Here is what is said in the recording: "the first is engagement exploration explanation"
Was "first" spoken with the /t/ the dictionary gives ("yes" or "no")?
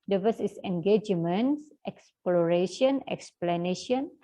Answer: no